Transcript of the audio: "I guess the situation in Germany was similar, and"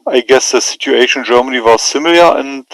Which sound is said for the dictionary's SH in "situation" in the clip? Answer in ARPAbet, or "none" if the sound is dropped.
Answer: none